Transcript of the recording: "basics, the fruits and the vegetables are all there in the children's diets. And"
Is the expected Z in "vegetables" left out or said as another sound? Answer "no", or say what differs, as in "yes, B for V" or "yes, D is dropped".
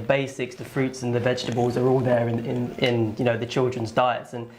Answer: no